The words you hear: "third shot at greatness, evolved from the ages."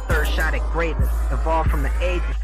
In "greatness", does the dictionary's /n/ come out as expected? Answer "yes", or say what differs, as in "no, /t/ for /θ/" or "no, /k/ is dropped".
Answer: no, /n/ is dropped